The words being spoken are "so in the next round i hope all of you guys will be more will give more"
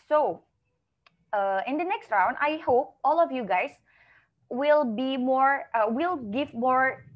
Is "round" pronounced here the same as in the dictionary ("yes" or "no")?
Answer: yes